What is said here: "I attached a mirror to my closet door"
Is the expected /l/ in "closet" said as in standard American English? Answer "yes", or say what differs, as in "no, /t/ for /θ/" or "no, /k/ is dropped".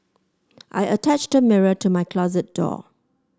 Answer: yes